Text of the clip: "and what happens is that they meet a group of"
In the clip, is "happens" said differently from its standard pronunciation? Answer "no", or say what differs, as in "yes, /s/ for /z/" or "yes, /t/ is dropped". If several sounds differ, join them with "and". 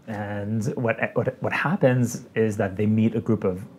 no